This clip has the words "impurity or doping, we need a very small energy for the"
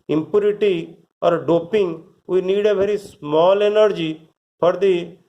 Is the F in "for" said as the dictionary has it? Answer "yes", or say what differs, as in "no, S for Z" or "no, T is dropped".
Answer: no, P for F